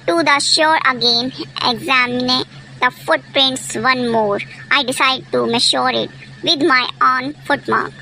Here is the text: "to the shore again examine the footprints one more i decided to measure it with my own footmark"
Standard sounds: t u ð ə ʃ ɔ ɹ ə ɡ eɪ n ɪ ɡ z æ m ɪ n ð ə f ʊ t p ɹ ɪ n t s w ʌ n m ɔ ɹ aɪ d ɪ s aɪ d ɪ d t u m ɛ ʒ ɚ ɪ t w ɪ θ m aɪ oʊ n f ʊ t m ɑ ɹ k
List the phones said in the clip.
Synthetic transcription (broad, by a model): t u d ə ʃ ɔ ɹ ə ɡ eɪ n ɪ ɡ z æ m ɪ n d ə f ʊ t p ɹ ɪ n t s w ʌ n m ɔ ɹ aɪ d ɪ s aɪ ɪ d t u m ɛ ʃ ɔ ɪ t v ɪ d m aɪ oʊ n f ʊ t m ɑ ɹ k